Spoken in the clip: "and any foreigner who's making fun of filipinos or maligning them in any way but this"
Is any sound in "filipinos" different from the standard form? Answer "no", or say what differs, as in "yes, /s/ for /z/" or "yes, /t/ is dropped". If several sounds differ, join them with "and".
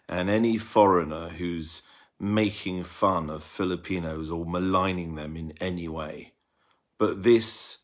no